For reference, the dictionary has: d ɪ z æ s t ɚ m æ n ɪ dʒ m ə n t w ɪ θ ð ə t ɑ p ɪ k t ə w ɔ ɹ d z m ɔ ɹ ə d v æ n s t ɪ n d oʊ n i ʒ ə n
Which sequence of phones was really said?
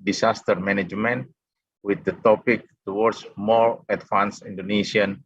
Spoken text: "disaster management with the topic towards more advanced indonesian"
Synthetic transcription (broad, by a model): d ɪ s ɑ s t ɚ m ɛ n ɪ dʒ m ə n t w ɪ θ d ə t ɑ p ɪ k t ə w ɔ ɹ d s m ɔ ɹ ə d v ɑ n s i n d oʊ n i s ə n